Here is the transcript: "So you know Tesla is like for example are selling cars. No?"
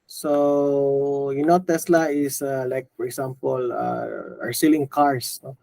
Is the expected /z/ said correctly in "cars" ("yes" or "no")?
no